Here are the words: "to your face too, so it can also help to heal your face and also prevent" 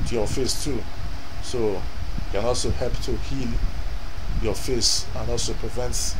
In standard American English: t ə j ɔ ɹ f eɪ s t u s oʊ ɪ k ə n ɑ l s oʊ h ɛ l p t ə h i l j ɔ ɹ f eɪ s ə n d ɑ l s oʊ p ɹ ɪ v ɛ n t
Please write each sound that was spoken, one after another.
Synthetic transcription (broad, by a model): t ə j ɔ f eɪ s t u s oʊ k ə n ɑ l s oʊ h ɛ p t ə h i l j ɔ f eɪ s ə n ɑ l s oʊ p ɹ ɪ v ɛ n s